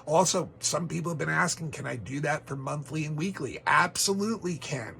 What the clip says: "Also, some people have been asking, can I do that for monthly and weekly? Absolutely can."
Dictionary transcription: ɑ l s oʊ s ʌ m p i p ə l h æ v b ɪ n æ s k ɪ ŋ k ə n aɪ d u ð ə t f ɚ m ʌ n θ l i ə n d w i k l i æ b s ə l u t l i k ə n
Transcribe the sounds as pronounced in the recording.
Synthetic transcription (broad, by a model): ɑ l s oʊ s ʌ m p i p l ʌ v b ɪ n æ s k ɪ ŋ k ə n aɪ d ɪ ð ə t f ɚ m ʌ n θ l i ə n w i k l i æ b s ə l u t l i k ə n